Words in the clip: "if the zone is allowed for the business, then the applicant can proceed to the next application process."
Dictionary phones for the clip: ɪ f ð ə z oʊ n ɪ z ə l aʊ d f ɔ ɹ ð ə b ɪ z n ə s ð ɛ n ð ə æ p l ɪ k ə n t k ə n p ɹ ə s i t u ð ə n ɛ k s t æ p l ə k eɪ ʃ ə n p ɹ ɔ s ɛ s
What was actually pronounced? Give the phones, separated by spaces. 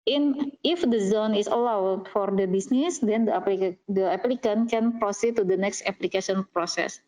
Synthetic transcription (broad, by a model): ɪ f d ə z oʊ n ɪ s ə l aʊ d f ɔ ɹ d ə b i s n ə s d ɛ n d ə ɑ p l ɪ k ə n k ə n p ɹ ə s i t u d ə n ɛ k s t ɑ p l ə k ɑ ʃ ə n p ɹ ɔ s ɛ s